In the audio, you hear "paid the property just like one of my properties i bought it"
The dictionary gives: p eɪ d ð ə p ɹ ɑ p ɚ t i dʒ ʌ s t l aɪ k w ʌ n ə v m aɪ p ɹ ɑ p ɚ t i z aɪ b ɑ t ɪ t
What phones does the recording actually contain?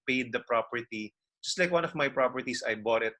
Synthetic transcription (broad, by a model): p eɪ d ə p ɹ ɑ p ɚ t i dʒ ʌ s t l aɪ k w ʌ n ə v m aɪ p ɹ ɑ p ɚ t i s aɪ b ɑ t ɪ t